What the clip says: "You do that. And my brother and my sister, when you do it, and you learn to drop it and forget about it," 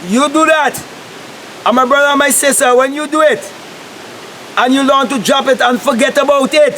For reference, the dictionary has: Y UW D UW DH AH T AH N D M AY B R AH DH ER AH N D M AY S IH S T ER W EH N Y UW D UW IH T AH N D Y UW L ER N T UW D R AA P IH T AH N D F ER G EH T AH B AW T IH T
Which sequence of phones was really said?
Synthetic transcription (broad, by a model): Y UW D UW DH AH T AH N M AY B R AH DH ER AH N M AY S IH S T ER W EH N Y UW D UW IH T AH N Y UW L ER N T UW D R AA P IH T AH N F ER G EH T AH B AW T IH T